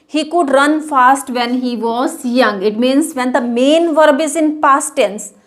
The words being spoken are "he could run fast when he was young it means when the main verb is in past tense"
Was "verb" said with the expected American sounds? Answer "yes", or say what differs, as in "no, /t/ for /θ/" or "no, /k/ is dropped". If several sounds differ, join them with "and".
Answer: yes